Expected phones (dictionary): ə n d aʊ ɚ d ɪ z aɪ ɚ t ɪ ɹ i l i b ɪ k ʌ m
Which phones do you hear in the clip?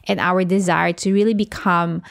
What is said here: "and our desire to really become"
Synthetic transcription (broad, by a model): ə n aʊ ɚ d ɪ z aɪ ɚ t ɪ ɹ i l i b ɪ k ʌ m